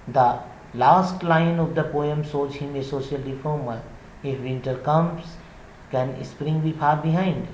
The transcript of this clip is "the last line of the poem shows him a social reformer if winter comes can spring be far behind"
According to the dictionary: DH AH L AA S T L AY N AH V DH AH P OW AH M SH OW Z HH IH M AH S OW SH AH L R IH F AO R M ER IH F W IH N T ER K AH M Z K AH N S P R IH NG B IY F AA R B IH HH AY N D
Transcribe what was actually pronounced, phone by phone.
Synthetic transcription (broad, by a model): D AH L AA S T L AY N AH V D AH P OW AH M S OW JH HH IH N AH S OW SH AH L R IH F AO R M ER IH F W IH N T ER K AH M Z K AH N S P R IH NG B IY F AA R B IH HH AY N D